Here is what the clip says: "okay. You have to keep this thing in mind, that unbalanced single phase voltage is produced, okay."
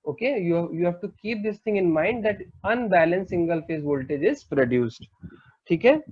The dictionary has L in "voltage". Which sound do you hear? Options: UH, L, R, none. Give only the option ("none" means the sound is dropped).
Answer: L